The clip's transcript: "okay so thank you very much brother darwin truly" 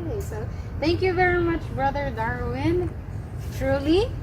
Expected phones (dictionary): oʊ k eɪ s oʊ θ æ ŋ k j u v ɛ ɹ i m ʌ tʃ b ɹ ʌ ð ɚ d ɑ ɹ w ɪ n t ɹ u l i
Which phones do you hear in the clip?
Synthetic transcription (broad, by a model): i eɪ s oʊ θ æ ŋ k j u v ɛ ɹ i m ʌ tʃ b ɹ ʌ ð ɚ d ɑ ɹ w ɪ n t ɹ u l i